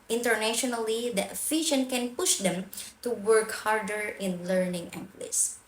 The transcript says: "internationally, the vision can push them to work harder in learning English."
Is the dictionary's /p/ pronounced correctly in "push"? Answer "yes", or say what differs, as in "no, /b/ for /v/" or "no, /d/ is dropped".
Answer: yes